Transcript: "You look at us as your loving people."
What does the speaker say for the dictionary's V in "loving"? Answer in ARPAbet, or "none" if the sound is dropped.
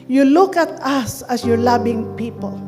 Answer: B